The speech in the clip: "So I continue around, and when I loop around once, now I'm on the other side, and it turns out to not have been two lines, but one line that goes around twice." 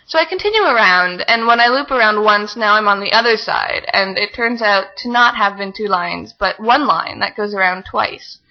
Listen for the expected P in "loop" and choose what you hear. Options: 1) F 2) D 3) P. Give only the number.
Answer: 3